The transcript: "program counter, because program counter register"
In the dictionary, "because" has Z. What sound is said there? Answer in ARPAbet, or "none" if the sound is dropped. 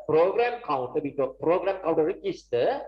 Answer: none